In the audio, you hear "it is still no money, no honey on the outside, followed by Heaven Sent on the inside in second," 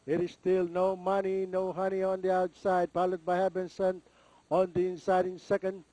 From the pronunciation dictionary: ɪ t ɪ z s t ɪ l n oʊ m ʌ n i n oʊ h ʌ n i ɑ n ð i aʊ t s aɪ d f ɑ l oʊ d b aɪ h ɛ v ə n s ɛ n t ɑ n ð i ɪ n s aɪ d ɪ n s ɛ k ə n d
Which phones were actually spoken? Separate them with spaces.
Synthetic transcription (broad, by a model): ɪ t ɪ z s t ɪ l n oʊ m ʌ n i n oʊ h ʌ n i ɑ n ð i aʊ t s aɪ d p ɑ l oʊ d b aɪ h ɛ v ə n s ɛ n ɑ n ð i ɪ n s aɪ d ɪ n s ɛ k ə n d